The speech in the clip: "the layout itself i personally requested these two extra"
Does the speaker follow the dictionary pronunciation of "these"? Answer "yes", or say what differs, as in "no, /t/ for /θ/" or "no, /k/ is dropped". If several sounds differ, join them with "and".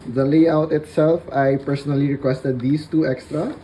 no, /s/ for /z/